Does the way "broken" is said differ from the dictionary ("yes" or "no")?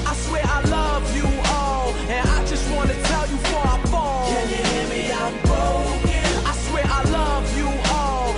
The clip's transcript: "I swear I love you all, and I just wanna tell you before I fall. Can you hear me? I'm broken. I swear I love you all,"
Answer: yes